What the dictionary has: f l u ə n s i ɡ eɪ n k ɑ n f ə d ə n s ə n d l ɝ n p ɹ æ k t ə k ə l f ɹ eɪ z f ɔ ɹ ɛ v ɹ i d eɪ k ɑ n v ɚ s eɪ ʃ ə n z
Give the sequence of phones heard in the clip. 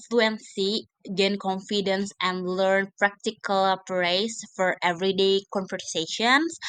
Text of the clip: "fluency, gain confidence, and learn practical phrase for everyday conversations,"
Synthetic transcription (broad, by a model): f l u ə n s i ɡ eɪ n k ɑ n f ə d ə n s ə n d l ɝ n p ɹ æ k t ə k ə l p ɹ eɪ s f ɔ ɹ ɛ v ɹ i d eɪ k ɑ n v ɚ s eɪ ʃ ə n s